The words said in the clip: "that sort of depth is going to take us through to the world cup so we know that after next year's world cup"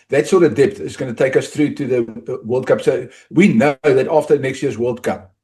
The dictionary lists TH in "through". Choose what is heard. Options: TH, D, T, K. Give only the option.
TH